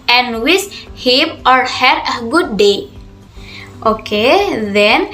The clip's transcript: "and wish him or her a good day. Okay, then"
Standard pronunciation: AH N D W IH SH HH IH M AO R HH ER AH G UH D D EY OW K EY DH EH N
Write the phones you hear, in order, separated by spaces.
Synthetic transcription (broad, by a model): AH N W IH S HH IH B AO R HH ER AH G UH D D EY OW K EY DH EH N